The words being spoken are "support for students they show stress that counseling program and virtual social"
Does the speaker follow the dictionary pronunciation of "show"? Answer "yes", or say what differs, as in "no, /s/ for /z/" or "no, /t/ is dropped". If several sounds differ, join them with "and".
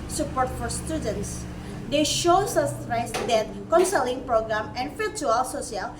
yes